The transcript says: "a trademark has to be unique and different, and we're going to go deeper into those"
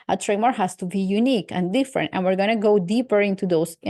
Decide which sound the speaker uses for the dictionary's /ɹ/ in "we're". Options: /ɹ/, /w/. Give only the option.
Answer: /ɹ/